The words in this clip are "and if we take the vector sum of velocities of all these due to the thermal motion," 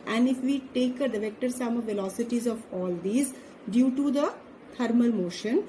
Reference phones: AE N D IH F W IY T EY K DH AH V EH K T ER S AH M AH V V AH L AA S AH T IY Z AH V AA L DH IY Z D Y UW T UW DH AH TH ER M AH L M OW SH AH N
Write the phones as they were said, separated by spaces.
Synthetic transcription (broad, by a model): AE N D IH F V IY T EY K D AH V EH K T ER S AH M AH V V AH L AA S AH T IY Z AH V AA L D IY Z D Y UW T UW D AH T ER M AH L M OW SH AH N